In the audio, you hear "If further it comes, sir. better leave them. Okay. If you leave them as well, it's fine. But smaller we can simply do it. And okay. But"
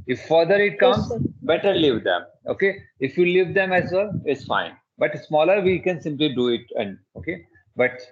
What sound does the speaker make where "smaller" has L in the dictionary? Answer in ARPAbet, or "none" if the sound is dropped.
L